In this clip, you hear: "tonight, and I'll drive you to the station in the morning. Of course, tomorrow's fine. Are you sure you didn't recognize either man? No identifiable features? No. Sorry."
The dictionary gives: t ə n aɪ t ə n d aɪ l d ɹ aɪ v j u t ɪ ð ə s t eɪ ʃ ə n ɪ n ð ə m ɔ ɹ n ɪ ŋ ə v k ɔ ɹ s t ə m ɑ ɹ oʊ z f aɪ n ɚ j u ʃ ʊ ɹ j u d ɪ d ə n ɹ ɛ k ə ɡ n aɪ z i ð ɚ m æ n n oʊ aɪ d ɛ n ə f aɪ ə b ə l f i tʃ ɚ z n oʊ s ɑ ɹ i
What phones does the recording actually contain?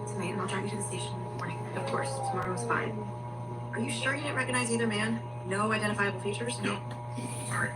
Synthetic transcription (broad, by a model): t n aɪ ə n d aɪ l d ɹ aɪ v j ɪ t ɪ ð ə s t eɪ ə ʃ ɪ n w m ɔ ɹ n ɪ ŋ ə v k ɔ ɹ s t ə m ɑ ɹ oʊ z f aɪ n ɚ j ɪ ʃ ʊ ɹ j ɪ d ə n ɹ ɛ k ə ɡ n aɪ z i ð ɚ m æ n n oʊ aɪ d ɛ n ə f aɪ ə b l f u tʃ ɚ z n oʊ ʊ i